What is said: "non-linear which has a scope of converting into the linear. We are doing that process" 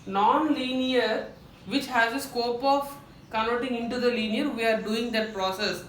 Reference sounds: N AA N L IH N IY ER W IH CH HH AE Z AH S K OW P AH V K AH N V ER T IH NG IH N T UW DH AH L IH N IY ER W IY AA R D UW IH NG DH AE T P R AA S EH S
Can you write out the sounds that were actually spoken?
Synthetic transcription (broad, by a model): N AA N L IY N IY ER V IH CH HH AE Z AH S K OW P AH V K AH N ER T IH NG IH N T UW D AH L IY N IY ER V IY AA R D UW IH NG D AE T P R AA S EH S